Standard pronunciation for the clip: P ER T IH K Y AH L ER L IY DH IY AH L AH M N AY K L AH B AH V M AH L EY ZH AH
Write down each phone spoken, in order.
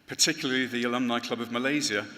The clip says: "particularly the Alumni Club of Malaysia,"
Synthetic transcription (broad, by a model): P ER T IH K Y L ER L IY DH IY AH L AH M N AY K L AH B AH V M AH L EY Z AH